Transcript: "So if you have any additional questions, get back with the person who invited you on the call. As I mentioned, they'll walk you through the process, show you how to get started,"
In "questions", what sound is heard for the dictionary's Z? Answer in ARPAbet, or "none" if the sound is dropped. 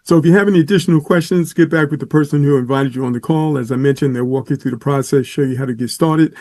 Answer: Z